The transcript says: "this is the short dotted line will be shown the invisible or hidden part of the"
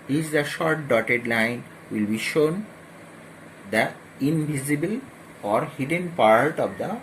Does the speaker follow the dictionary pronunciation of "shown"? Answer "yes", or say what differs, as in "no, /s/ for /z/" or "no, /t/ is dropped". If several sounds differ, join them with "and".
yes